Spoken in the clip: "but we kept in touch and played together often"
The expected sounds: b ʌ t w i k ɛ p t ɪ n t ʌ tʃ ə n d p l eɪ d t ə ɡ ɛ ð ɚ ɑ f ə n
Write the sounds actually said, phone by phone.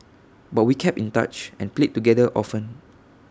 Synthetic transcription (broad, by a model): b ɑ t w i k ɛ p ɪ n t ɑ tʃ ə n p l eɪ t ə ɡ ɛ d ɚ ɑ f ə n